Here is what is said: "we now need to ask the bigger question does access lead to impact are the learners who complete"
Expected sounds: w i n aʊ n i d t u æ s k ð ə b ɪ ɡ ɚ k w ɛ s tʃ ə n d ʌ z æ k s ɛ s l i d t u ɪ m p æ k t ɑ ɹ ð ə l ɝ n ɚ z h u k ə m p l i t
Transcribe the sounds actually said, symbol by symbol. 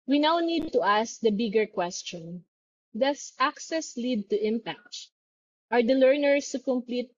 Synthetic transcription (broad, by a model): w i n aʊ n i d t u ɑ s k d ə b ɪ ɡ ɚ k w ɛ s tʃ ə n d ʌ s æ k s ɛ s l i d t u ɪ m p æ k t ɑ ɹ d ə l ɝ n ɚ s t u k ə m p l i t